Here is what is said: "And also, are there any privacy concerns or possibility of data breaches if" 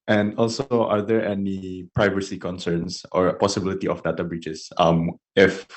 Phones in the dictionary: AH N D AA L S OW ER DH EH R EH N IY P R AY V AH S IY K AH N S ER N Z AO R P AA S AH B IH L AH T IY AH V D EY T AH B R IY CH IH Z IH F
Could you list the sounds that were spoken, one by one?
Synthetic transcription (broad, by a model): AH N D AA L S OW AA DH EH R EH N IY P R AY V AH S IY K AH N S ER N S AO R P AA S AH B IH L AH T IY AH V D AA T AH B R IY S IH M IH F